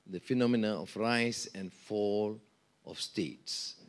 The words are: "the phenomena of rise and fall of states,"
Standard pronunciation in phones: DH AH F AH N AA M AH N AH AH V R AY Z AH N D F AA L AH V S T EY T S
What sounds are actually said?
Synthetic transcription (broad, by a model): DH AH F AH N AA M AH N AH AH F R AY S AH N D F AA L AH F S T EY T S